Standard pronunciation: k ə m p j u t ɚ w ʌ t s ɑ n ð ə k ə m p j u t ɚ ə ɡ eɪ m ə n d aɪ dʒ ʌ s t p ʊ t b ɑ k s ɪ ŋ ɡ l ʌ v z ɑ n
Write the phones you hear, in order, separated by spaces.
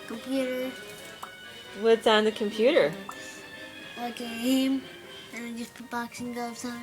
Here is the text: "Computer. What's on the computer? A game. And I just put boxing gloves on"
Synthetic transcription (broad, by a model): k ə m p j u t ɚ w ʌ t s ɑ n ð ə k ə m p j u t ɚ ə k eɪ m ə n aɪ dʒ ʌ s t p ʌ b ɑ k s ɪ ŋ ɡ ʌ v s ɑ